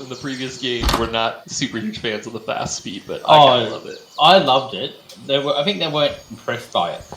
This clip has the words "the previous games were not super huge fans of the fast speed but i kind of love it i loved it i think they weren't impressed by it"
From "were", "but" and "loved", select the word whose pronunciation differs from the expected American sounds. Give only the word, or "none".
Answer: none